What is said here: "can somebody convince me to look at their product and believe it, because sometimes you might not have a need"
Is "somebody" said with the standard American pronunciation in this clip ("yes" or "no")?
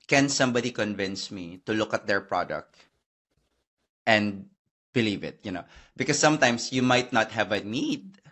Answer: yes